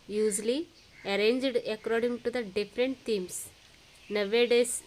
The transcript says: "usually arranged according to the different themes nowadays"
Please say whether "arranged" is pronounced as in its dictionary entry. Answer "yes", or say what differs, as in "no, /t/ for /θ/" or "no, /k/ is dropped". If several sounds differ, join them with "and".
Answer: yes